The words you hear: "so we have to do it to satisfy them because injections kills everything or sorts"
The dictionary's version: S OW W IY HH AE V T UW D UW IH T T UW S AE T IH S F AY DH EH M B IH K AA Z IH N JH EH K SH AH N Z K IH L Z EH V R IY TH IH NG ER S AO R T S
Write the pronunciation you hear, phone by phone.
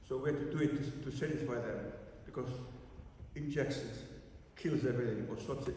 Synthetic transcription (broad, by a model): S OW W IY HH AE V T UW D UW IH T T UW S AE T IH S F AY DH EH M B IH K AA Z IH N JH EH K S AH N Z K IH L Z EH V R IY TH IH NG ER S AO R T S